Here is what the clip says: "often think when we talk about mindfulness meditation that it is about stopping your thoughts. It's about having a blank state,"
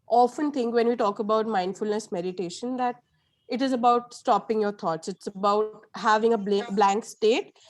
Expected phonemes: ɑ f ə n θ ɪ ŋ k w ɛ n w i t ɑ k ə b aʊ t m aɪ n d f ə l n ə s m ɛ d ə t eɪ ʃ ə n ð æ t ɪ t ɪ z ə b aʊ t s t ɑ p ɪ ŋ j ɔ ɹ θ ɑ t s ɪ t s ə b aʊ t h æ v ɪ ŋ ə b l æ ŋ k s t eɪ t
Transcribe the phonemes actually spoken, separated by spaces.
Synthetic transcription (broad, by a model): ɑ f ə n t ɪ ŋ k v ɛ n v i t ɑ k ə b aʊ t m aɪ n d f ə l n ə s m ɛ d ə t eɪ ʃ ə n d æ t ɪ t ɪ z ə b aʊ t s t ɑ p ɪ ŋ j ɔ ɹ t ɑ t s ɪ t s ə b aʊ t h æ v ɪ ŋ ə b l æ ŋ k s t eɪ t